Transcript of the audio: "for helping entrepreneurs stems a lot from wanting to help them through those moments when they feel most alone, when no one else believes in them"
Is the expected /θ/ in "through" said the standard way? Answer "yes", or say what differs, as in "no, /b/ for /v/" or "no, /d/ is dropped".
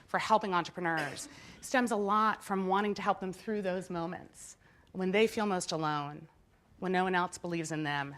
yes